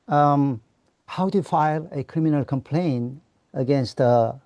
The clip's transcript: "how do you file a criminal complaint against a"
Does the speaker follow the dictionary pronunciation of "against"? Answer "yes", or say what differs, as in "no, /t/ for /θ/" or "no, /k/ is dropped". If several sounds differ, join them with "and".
yes